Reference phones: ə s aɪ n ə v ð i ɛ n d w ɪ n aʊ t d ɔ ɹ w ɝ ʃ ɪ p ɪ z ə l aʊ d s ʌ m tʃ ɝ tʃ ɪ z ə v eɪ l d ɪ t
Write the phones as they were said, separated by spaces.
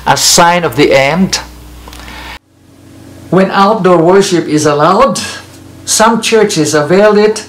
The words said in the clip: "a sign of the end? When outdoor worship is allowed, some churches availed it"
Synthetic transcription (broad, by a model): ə s aɪ n ə v ð i ɛ n d w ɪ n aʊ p d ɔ ɹ w ɝ ʃ ɪ p ɪ z ə l aʊ d s ʌ m tʃ ɝ tʃ ɪ z ə v eɪ l d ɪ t